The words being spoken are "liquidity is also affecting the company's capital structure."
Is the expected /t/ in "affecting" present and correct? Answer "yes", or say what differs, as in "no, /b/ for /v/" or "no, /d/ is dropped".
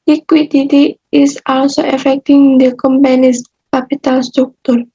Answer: yes